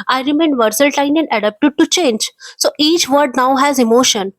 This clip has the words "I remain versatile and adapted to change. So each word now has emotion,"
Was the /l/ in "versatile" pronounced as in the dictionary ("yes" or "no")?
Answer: no